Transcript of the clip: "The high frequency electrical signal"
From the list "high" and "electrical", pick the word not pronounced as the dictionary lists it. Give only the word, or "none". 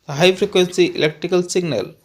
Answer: none